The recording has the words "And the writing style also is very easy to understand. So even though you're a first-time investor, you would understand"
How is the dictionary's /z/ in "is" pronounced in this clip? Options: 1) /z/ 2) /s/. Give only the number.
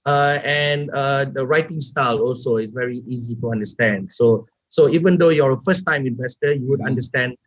2